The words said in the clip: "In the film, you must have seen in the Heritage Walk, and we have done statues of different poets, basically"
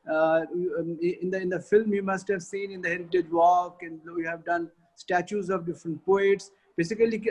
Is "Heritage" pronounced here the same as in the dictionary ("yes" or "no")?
yes